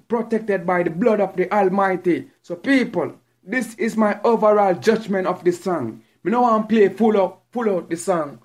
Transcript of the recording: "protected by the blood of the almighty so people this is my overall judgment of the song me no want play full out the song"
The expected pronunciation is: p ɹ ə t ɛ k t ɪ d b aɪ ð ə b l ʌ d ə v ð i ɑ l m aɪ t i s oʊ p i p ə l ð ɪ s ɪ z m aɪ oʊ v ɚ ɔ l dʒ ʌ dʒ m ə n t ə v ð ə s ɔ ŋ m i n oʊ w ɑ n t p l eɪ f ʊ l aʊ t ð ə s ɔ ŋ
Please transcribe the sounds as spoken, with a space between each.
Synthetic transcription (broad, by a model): p ɹ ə t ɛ k t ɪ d b aɪ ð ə b l ʌ d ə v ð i ɑ l m aɪ t i s oʊ p i p ə l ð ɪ s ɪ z m aɪ oʊ v ɚ ɔ l dʒ ʌ dʒ m ə n t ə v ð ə s ɔ ŋ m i n oʊ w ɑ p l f l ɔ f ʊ l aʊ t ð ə s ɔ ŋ